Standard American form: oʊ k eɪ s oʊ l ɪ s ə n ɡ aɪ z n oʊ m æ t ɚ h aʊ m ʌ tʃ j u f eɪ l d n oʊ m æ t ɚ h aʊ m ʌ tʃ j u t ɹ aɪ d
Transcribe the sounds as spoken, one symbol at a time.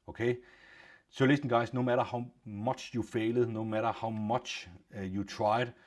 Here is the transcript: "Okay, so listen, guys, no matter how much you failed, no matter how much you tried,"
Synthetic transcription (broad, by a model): oʊ k eɪ s oʊ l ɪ s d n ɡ aɪ s n oʊ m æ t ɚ h aʊ m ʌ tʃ j u f eɪ l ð n oʊ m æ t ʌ h aʊ m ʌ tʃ j u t ɹ aɪ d